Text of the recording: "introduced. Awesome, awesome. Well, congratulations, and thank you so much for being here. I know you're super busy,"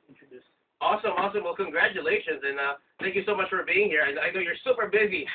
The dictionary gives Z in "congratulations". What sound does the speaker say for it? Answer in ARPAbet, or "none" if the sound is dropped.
Z